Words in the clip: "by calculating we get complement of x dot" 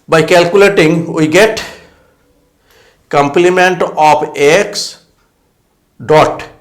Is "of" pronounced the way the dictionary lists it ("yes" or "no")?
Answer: no